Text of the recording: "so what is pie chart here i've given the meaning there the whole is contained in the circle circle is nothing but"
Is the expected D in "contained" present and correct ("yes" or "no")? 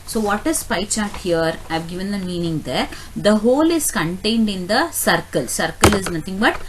yes